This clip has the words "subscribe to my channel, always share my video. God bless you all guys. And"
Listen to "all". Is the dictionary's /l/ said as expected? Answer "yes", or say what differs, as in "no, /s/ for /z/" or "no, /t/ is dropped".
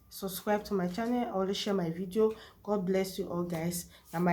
yes